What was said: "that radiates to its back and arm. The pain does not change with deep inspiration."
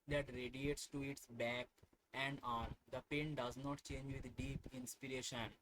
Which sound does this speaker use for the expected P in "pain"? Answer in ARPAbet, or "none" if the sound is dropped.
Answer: P